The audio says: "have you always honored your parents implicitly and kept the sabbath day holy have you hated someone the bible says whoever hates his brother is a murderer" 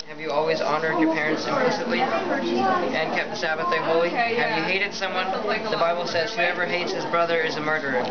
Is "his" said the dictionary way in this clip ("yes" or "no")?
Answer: yes